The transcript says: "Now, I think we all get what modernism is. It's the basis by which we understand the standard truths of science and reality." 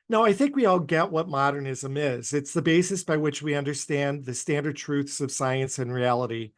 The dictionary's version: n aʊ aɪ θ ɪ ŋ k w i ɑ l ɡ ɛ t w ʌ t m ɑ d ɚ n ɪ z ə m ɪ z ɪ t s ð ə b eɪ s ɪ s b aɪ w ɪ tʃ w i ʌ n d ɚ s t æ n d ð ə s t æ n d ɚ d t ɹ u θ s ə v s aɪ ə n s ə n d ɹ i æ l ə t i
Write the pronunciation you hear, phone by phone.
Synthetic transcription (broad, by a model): n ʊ aɪ θ ɪ ŋ k w i ɑ l ɡ ɛ t w ʌ t m ɑ d ɚ n ɪ z ə m ɪ z ɪ t s ð ə b eɪ s ɪ s b aɪ w ɪ tʃ w i ʌ n d ɚ s t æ n ð ə s t æ n d ɚ d t ɹ u θ s ə v s aɪ ə n s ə n ɹ i æ l ə t i